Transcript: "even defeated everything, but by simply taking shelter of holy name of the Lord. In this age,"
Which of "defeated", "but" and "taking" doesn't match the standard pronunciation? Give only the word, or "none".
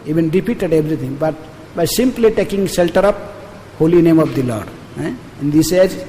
defeated